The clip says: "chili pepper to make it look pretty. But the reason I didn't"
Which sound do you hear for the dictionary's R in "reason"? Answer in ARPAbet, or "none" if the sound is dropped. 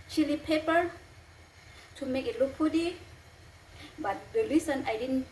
L